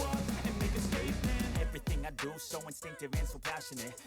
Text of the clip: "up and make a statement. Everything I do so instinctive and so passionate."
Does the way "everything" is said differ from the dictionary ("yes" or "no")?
no